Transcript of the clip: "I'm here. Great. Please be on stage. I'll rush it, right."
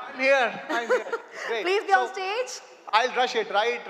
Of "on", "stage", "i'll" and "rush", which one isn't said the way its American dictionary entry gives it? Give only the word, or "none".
on